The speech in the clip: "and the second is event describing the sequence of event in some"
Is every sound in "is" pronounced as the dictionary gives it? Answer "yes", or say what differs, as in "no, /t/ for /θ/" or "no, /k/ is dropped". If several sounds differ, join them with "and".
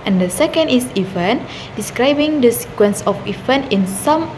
no, /s/ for /z/